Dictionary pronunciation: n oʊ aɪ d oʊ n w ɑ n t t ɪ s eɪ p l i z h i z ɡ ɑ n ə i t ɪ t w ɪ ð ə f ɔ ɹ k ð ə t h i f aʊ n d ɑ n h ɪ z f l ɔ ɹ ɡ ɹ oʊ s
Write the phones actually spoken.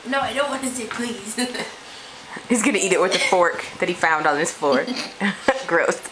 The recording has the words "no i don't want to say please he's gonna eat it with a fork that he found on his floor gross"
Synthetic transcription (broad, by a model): n oʊ aɪ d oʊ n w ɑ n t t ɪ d p l i z h i z ɡ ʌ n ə i t ɪ t w ɪ ð ə f ɔ ɹ k ð ə t h i f aʊ n d n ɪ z f ɔ ɹ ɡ ɹ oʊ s